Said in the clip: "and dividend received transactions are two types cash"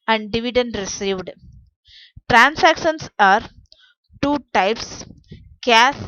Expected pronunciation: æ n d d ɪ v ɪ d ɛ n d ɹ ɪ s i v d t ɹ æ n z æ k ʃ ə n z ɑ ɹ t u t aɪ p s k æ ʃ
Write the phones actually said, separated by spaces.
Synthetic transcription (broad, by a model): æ n d d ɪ v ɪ d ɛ n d ɹ ɪ s i v d t ɹ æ n s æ k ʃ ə n s ɑ ɹ t u t aɪ p s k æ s